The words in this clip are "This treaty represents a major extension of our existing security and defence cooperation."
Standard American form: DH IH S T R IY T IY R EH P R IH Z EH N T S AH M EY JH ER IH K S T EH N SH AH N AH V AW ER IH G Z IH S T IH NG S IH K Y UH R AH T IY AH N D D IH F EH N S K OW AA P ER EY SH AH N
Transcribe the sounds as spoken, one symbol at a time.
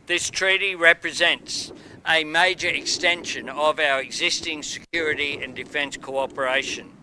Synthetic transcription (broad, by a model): DH IH S T R IY T IY R EH P R IH Z EH N T S AH M EY JH ER IH K S T EH N SH AH N AH V AW ER IH G Z IH S T IH NG S IH K Y UH R AH T IY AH N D D IH F EH N S K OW AA P ER EY SH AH N